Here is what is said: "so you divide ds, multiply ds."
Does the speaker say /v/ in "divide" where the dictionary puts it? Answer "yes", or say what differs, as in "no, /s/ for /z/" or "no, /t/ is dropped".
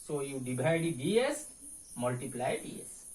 no, /b/ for /v/